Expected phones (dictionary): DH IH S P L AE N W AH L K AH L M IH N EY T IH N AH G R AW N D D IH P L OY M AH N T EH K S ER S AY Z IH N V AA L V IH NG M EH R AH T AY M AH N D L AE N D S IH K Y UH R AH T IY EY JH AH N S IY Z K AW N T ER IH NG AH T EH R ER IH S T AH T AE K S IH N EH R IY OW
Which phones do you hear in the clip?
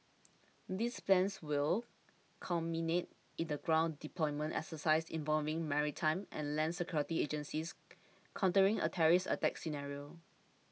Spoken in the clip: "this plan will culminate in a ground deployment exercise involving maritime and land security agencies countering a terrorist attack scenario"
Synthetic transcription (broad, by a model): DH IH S P L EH N W AH L K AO M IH N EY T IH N AH G R AW N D D IH P L OY M AH N T EH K S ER S AY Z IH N V AA L V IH NG M EH R AH T AY M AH N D L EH N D S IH K Y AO R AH T IY EY JH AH N S IY S K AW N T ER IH NG AH T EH R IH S AH T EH K S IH N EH R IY OW